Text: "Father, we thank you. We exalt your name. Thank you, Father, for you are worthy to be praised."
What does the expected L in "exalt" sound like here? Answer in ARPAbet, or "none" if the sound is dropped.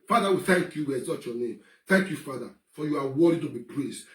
none